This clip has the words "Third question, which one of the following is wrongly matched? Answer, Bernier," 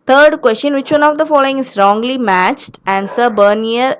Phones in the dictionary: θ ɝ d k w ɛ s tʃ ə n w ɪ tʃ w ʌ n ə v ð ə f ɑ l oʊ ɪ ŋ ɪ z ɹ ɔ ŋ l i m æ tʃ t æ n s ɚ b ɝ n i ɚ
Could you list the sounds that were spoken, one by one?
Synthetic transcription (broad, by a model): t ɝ d k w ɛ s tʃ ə n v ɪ tʃ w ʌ n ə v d ə f ɑ l oʊ ɪ ŋ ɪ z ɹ ɔ ŋ l i m æ tʃ t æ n s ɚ b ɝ n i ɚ